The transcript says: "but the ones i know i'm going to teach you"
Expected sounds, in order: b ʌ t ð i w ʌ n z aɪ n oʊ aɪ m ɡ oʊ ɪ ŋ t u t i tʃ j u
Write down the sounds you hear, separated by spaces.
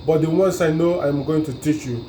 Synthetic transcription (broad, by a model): b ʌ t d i w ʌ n s aɪ n oʊ aɪ m ɡ oʊ ɪ ŋ t u t i tʃ j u